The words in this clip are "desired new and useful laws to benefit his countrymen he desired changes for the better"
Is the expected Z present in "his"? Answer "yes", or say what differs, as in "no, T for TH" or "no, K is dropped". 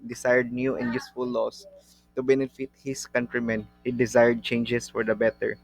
no, S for Z